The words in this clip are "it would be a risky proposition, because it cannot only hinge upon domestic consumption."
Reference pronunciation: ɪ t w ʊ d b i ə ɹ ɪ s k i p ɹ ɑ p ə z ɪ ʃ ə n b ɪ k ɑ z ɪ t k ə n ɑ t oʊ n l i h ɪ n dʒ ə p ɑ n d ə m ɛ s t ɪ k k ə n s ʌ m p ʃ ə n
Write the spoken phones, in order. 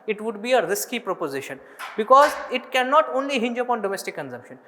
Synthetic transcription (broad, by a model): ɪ t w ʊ d b i ə ɹ ɪ s k i p ɹ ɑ p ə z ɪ ʃ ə n b ɪ k ɑ z ɪ t k ə n ɑ t oʊ n l i h ɪ n dʒ ə p ɑ n d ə m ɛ s t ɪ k k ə n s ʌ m p ʃ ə n